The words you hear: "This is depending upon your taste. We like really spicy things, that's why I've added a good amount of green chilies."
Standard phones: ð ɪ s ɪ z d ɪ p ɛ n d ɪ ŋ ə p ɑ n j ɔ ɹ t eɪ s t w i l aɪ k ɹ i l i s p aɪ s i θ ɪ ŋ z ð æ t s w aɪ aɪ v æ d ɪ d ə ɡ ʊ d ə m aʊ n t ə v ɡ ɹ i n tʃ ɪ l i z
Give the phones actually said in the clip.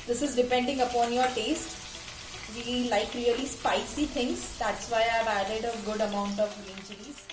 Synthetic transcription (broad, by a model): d ɪ s ɪ z d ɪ p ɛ n d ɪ ŋ ə p ɑ n j ɔ ɹ t eɪ s t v i l aɪ k ɹ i l i s p aɪ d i t ɪ ŋ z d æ t s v aɪ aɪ v æ d ɪ d ə ɡ ʊ d ə m aʊ n t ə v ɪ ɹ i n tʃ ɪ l i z